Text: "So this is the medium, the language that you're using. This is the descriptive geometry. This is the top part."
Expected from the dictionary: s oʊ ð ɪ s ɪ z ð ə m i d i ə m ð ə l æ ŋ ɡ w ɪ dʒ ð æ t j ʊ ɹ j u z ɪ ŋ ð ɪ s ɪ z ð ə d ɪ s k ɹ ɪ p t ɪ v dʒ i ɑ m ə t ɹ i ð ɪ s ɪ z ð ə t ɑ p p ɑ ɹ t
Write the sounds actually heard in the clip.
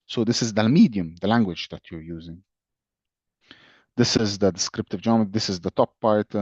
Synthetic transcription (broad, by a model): s oʊ ð ɪ s ɪ z ð ə m i d i ə m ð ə l æ ŋ ɡ w ɪ dʒ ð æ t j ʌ ɹ j u z ɪ ŋ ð ɪ s ɪ z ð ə d ɪ s k ɹ ɪ p t ɪ v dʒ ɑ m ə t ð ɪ s ɪ z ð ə t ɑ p p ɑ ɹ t